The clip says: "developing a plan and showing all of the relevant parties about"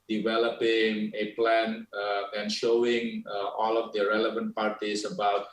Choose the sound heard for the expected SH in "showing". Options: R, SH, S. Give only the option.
SH